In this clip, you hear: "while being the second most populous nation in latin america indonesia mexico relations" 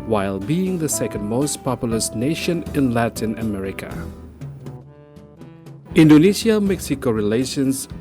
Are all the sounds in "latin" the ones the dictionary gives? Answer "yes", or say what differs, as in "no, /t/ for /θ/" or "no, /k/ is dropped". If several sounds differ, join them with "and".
yes